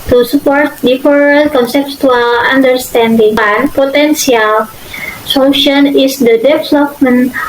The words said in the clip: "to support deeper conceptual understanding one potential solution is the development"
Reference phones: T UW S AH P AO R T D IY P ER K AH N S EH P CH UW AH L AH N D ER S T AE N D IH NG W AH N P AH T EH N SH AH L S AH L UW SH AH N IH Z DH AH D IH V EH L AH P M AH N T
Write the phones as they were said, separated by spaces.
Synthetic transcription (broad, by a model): T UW S AH P AO R T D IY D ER K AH N S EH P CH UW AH L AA N D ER S T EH N D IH NG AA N P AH T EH N S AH L S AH L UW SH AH N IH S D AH D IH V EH L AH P M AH N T